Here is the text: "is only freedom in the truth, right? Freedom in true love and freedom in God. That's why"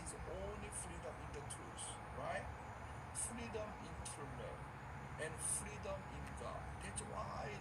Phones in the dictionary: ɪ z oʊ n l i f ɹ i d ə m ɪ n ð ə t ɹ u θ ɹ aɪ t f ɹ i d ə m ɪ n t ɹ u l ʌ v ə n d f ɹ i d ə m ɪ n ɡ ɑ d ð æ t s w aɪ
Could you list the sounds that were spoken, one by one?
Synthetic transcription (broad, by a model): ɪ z oʊ n l i f ɹ i d ə m ɪ n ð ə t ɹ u s ɹ aɪ t f ɹ i d ə m ɪ n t ʌ n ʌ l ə n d f ɹ i d ə m ɪ n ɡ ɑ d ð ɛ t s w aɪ